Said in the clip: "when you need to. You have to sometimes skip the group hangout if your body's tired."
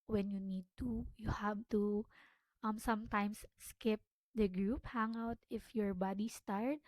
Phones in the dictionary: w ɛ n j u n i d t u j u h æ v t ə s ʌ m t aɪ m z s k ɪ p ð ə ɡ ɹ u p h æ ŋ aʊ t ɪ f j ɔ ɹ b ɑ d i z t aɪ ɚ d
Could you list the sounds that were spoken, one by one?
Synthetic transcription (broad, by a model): w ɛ n j u n i d t u j u h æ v t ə s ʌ m t aɪ m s s k ɪ p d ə ɡ ɹ u p h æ ŋ aʊ t ɪ f j ɔ ɹ b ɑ d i s t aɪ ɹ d